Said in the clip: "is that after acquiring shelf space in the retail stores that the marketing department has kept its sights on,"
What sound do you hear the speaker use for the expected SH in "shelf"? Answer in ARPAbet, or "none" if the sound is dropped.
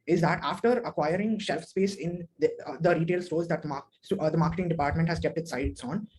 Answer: SH